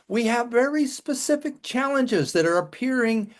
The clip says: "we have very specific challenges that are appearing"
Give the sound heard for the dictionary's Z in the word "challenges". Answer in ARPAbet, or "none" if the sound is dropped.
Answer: Z